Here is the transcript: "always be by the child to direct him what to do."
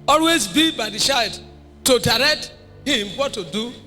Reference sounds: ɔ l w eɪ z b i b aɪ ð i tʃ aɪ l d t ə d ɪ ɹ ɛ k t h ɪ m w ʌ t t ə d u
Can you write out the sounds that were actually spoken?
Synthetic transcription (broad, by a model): ɔ l w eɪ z b i b aɪ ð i ʃ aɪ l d t ə d ɪ ɹ ɛ k t h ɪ m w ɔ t t ə d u